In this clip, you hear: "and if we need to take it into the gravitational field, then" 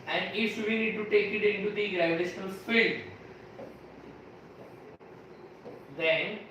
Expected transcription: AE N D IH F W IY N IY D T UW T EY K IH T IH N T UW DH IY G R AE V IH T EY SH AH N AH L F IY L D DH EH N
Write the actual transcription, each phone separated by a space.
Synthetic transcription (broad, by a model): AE N D IH F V IY N IY D T UW T EY K IH T IH N T UW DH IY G R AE IH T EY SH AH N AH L F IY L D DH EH N